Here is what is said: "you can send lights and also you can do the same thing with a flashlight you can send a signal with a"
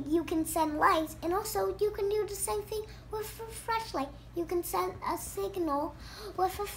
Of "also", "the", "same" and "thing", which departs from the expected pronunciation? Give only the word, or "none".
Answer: none